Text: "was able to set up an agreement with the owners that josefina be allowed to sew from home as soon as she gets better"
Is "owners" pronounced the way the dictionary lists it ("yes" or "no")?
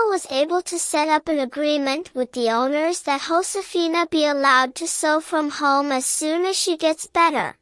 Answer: yes